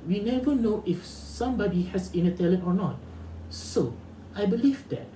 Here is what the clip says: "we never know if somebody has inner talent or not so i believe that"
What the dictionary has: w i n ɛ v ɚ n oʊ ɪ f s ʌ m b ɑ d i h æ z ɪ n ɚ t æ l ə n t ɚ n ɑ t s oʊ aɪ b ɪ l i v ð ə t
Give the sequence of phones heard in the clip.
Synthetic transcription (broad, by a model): w i n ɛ v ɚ n oʊ ɪ f s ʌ m b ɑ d i h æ s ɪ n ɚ t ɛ l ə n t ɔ n ɑ t s oʊ aɪ b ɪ l i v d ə t